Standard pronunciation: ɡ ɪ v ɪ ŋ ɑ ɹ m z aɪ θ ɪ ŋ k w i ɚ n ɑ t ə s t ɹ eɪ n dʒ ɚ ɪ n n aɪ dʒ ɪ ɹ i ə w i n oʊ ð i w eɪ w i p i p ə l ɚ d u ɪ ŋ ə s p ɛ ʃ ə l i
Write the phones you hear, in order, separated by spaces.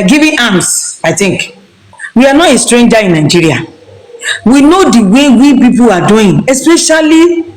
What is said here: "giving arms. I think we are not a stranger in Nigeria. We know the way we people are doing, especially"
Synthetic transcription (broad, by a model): ɡ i v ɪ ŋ ɑ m s aɪ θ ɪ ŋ k w i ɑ n ɑ t ə s t ɹ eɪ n dʒ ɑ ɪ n n aɪ dʒ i ɹ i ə w i n oʊ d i w eɪ w i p i p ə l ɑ d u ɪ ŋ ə s p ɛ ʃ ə l i